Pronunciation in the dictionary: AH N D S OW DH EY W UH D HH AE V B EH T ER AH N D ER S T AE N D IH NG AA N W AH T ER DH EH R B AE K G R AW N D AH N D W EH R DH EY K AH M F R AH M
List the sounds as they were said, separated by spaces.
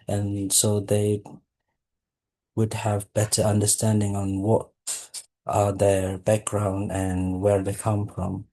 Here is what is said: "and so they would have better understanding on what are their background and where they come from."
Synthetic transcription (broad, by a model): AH N S OW DH EY W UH D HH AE V B EH T ER AH N D ER S T AE N D IH NG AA N W AH T ER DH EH R B AE K G R AW N D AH N W EH R DH EY K AH M F R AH M